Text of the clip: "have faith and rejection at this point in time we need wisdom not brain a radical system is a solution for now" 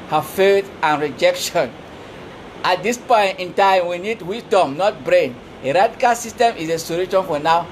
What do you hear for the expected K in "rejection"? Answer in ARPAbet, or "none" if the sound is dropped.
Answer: K